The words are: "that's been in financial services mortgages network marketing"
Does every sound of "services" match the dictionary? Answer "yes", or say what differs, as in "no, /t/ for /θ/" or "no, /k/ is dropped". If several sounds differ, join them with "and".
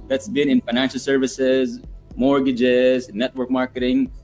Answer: yes